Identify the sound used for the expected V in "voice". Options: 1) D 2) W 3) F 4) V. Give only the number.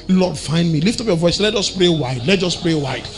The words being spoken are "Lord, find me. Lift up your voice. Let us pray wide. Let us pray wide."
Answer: 4